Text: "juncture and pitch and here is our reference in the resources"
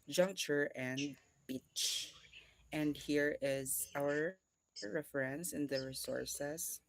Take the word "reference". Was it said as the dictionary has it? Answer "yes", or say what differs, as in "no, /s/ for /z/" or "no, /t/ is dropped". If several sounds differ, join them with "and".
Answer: yes